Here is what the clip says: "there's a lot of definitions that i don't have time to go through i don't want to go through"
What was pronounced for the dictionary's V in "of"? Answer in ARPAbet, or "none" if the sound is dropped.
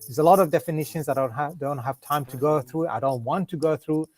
V